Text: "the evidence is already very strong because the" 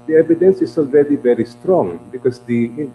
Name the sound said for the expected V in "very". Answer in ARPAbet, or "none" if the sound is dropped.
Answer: V